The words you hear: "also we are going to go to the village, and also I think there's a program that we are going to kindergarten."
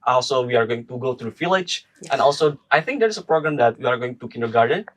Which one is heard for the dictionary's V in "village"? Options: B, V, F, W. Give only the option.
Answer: F